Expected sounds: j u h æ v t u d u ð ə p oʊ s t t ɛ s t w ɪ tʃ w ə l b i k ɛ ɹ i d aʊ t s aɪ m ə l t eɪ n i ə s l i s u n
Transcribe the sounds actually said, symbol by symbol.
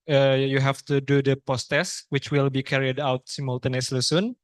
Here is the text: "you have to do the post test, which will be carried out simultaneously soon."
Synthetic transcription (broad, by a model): j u h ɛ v t u d u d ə p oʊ s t t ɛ s w ɪ tʃ w ə l b i k ɛ ɹ i d aʊ t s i m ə l t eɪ n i s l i s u n